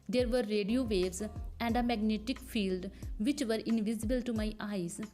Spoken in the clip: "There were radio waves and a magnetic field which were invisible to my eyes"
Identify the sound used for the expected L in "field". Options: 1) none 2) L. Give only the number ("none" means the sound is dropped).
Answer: 2